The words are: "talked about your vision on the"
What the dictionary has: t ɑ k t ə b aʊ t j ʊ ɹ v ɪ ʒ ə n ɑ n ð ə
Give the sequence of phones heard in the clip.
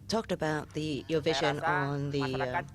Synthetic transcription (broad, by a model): t ɑ k t ə b aʊ t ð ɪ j v ɪ ʒ ə n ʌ n ð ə